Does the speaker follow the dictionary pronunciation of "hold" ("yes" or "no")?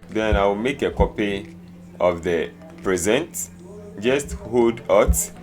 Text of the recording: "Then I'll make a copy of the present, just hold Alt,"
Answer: no